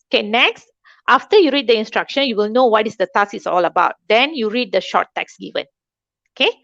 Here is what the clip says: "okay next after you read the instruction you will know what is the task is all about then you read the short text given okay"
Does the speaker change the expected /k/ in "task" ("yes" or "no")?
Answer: yes